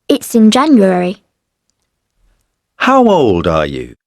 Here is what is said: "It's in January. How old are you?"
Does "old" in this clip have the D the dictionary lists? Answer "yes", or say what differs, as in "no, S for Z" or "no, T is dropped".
yes